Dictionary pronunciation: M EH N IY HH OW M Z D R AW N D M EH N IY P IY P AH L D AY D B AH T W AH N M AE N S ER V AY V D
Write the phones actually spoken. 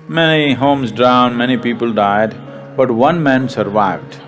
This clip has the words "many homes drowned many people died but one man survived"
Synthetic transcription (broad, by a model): M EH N IY HH OW M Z D R AW N D M EH N IY P IY P AH L D AY D B AH T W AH N M AE N S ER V AY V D